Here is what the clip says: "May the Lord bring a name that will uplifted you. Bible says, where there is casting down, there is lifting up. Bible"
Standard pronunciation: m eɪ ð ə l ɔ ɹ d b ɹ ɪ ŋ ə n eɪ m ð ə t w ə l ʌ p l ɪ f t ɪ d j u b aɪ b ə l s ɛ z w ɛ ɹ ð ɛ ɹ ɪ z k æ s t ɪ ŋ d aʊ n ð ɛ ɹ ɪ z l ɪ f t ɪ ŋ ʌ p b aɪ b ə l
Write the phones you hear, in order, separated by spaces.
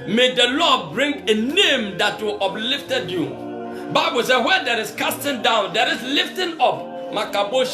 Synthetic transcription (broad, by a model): m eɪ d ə l ɔ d b ɹ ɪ ŋ ə n eɪ m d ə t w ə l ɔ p l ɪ f t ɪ d j u b aɪ b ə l s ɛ w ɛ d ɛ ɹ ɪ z k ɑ s t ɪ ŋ d aʊ n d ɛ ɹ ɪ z l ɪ f t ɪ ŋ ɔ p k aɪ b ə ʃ